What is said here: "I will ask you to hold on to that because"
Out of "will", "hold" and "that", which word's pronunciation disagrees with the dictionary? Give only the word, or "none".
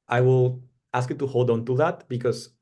none